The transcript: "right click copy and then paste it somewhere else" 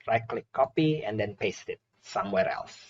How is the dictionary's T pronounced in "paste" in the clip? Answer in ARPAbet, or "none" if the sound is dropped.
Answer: T